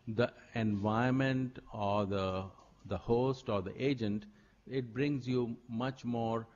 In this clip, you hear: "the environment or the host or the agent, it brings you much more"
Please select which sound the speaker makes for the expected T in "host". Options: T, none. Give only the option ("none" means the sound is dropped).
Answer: T